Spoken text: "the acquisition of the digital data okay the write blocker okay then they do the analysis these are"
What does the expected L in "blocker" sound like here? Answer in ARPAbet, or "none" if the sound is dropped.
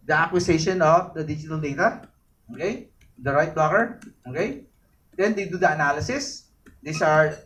none